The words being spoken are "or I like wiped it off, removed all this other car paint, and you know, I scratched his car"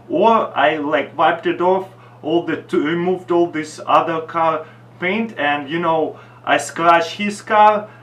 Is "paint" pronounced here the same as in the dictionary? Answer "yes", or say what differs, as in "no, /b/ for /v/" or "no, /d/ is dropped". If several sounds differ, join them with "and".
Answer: yes